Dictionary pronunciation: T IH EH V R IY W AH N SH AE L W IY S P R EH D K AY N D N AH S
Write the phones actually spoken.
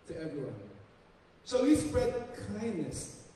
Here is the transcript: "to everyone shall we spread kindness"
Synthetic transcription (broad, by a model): T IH EH V R IY W AH N S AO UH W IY S P R EH D K AY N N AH S